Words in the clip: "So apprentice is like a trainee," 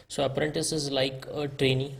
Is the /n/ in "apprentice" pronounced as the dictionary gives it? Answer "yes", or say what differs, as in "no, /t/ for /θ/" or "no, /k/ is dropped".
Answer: yes